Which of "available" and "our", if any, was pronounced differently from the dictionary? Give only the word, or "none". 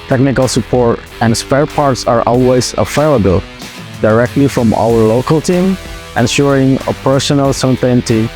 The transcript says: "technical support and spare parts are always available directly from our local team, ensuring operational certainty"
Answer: available